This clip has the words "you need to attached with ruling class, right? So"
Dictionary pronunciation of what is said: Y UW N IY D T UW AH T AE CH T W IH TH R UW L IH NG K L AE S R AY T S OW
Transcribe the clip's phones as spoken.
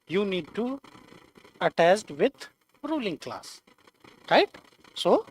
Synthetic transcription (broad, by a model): Y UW N IY D T UW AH T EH S T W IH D R UW L IH NG K L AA S R AY T S OW